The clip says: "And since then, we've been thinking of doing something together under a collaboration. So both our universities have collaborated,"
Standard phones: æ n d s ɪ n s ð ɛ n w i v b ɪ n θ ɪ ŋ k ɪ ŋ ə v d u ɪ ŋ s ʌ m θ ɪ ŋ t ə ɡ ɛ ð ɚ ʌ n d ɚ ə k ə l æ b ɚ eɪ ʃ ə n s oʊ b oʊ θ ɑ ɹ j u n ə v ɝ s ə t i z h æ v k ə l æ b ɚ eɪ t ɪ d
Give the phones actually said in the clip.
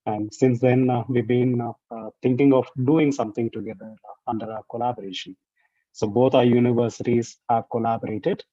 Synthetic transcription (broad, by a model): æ n d s ɪ n s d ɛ n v i b ɪ n t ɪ ŋ k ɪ ŋ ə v d u ɪ ŋ s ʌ m t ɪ ŋ t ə ɡ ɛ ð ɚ ʌ n d ɚ ə k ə l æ b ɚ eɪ ʃ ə n s oʊ b oʊ t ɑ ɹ j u n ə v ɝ s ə t i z h æ v k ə l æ b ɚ eɪ t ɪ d